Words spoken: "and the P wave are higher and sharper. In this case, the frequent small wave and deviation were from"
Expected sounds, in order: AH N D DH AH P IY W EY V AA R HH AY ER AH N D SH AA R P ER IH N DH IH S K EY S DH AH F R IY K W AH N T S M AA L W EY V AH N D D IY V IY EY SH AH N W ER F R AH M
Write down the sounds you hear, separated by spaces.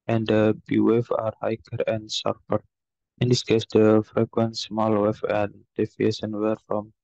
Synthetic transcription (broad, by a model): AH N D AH B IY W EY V AA R HH AY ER AH N D S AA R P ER IH N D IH S K EY S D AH F R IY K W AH N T S M AA L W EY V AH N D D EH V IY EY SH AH N W ER F R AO M